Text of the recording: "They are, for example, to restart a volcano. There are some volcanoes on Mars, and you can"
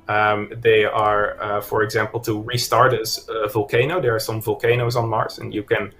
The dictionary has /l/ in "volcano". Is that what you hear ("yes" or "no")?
yes